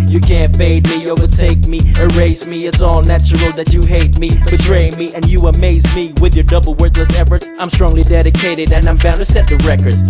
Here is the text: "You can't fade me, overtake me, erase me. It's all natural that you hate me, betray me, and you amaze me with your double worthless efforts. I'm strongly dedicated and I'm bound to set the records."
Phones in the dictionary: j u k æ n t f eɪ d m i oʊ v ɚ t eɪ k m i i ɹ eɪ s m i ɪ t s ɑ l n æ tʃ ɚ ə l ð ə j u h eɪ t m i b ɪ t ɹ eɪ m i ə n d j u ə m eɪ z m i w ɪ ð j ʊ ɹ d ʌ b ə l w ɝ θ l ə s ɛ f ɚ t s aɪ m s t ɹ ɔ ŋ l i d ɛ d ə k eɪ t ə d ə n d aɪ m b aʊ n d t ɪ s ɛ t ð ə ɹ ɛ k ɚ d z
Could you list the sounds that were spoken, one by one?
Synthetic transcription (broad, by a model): j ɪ k æ n t f eɪ d m i oʊ v ɚ t eɪ k m i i ɹ eɪ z m i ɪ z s ɑ l n æ tʃ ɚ l ð ə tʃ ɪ h eɪ t m i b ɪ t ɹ eɪ m i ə n j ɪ ə m eɪ z m i w ɪ ð j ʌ ɹ d ʌ b l w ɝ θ l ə s ɛ f ɚ t s aɪ m s t ɹ ɔ ŋ l i d ɛ d ə k eɪ t ə d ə n aɪ m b aʊ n t ɪ s ɛ t ð ə ɹ ɛ k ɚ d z